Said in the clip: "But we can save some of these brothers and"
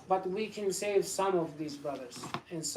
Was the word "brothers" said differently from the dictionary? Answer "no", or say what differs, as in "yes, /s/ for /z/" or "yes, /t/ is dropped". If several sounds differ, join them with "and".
no